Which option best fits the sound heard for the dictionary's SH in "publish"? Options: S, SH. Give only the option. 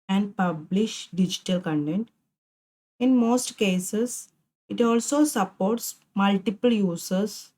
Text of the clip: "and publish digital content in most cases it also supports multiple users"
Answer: SH